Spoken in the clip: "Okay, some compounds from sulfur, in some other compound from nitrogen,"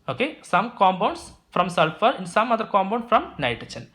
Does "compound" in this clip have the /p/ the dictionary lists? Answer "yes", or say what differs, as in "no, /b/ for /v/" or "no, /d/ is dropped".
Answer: no, /b/ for /p/